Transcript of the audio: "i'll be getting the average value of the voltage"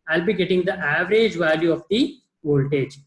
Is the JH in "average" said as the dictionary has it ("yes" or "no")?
yes